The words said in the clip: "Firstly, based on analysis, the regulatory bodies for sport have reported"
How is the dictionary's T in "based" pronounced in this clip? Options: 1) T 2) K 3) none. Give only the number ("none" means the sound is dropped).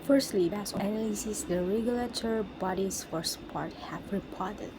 3